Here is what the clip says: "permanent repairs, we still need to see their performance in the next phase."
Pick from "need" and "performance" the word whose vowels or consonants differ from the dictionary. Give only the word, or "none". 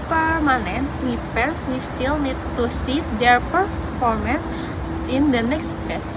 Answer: none